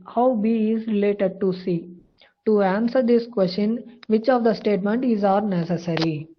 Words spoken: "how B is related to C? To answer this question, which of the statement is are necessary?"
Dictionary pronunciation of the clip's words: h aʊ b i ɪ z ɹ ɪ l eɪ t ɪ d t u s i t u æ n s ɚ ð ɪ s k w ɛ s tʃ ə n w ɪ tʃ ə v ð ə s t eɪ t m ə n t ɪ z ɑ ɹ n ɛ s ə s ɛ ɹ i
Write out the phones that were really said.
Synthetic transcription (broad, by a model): h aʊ b i ɪ z ɹ ɪ l eɪ t ɪ d t u s i t u æ n s ɚ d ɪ s k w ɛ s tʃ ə n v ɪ tʃ ə v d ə s t eɪ t m ə n t ɪ z ɑ ɹ n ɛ s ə s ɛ ɹ i